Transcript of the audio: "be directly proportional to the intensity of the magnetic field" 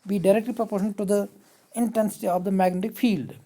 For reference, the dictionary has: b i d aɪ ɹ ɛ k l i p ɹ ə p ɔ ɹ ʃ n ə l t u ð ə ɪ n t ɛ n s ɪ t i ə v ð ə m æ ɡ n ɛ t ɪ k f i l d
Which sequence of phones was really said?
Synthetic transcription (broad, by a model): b i d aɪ ɹ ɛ k l i p ɹ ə p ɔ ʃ ə n t u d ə ɪ n t ɛ n s ɪ t i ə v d ə m æ ɡ n ɛ t ɪ k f i l d